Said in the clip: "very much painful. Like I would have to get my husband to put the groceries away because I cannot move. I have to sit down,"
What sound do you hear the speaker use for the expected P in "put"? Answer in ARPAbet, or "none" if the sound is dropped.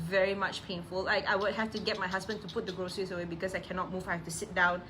P